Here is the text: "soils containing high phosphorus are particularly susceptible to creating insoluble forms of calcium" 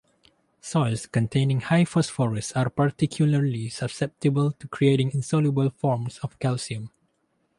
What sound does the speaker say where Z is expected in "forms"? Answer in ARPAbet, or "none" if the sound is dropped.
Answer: S